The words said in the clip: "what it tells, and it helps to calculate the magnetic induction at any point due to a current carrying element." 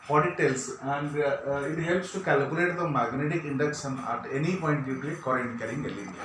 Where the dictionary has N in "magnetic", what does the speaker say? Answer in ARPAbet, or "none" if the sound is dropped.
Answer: N